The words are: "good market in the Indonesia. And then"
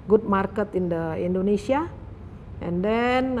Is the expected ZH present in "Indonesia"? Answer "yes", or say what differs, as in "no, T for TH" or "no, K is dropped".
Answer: no, S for ZH